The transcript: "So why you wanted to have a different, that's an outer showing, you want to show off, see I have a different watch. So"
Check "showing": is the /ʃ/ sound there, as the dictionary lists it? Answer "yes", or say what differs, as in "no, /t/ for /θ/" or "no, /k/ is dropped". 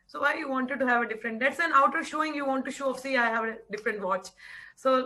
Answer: yes